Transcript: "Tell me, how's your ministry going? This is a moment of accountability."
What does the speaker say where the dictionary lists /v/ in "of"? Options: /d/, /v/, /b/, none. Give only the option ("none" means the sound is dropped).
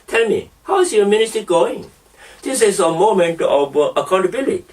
/b/